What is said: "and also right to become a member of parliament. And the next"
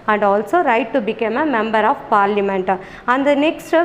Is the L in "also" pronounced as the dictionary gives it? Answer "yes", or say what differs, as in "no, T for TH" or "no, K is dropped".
yes